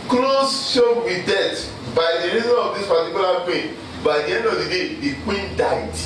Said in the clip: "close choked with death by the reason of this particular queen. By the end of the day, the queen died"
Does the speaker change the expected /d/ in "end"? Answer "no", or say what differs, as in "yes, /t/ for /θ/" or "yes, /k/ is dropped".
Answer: yes, /d/ is dropped